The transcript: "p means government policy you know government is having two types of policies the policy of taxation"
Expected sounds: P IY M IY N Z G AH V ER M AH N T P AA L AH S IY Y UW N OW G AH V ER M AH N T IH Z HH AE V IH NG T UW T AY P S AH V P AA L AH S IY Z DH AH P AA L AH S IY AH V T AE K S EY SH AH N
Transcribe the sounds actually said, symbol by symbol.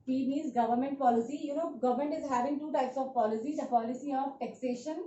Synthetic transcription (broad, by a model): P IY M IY Z G AH V ER M AH N T P AA L AH S IY Y UW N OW G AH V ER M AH N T IH Z HH AE V IH NG T UW T AY P S AH V P AA L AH S IY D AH P AA L AH S IY AH V T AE K S EY SH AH N